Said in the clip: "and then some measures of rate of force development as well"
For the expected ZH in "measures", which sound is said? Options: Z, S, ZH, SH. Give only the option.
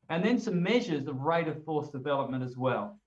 ZH